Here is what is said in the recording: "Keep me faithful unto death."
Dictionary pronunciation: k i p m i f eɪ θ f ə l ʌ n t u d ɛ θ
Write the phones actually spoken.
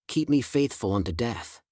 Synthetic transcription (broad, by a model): k i p m i f eɪ θ f ə l ʌ n t u d ɛ θ